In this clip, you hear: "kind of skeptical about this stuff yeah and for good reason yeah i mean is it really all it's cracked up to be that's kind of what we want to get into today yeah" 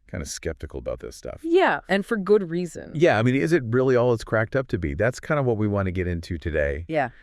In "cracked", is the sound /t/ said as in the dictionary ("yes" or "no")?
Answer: yes